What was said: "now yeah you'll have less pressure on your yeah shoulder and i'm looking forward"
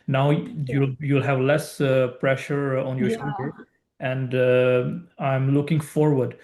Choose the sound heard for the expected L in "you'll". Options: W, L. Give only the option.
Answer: L